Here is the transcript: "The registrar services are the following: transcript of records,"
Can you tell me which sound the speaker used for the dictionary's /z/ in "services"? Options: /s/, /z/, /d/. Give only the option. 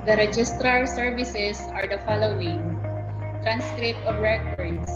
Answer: /s/